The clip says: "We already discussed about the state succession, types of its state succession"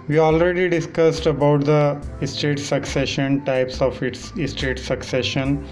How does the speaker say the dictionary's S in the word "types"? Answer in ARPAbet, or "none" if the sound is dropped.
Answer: S